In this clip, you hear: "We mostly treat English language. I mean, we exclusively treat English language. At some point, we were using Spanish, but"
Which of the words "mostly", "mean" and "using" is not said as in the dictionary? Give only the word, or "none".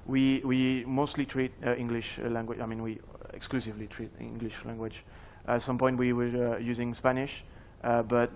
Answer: none